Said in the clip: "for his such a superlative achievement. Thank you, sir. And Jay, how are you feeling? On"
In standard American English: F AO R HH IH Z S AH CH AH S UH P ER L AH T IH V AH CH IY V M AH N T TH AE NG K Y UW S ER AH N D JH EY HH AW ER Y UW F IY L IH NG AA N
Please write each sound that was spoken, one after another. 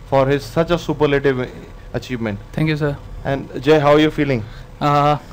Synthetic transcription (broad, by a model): F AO R HH IH Z S AH CH AH S UH P ER L AH T IH V AH CH IY V M AH N T T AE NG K Y UW S ER AH N D JH EY HH AW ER Y UW F IY L IH NG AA